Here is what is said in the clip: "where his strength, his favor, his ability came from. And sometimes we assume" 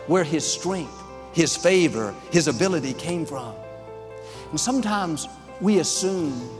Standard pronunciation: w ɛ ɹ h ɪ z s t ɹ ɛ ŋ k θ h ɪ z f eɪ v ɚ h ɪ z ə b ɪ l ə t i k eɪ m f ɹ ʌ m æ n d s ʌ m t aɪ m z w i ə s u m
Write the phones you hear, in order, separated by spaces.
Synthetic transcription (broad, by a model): w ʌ ɹ ɪ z s t ɹ ɛ ŋ k θ h ɪ z f eɪ v ɚ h ɪ z ə b ɪ l ə t i k eɪ m f ɹ ʌ m n s ʌ m t aɪ m z w i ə s u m